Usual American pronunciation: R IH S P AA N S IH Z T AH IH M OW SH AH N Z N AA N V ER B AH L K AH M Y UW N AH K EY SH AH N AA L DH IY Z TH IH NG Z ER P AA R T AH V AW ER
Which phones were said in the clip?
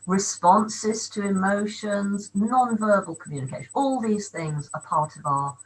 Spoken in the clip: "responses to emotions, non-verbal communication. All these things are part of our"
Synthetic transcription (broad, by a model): R IH S P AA N S IH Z T AH IH M OW SH AH N Z N AA N V ER B AH L K AH M Y UW N AH K EY SH AH N AA L DH IY Z TH IH NG Z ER P AA R T AH V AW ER